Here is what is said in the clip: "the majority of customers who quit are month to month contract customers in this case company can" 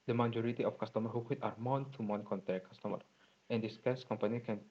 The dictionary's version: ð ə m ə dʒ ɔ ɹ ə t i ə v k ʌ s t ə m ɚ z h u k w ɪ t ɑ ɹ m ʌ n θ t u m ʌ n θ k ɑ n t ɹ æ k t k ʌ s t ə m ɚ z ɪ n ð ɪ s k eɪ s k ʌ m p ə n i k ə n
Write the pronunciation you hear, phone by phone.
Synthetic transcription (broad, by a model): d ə m ə dʒ ɔ ɹ ə t i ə f k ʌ s t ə m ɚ h u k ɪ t ɑ ɹ m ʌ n t u m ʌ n k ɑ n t ɛ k k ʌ s t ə m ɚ ɪ n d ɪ s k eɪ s k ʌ m p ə n i k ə n